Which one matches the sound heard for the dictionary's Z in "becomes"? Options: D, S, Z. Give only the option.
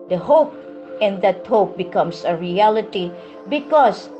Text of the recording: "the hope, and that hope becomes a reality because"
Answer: S